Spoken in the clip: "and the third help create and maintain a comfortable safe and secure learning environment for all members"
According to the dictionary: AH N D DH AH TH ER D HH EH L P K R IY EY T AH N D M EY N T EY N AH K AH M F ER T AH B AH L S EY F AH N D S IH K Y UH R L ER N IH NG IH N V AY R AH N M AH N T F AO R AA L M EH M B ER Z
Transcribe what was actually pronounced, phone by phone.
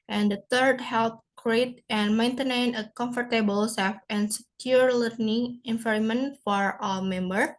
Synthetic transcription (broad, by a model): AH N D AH T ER D HH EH L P K R IY EY T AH N M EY N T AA N AH K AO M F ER T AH B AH L S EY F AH N S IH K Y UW R L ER N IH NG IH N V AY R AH M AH N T F AO R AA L M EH M B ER